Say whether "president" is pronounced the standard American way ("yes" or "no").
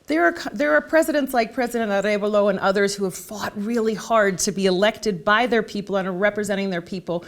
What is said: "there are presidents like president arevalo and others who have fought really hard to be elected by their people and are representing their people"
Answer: yes